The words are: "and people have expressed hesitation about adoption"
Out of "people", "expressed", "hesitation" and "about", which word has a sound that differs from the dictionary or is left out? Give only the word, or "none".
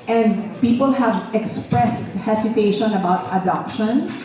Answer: hesitation